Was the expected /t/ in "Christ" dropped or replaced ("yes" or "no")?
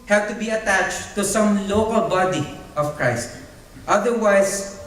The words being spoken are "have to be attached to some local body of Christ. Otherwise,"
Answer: no